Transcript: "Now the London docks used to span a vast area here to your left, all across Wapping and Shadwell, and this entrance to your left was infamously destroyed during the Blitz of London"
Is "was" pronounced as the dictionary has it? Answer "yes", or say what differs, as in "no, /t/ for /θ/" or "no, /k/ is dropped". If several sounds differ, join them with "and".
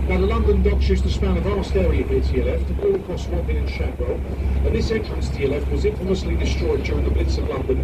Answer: yes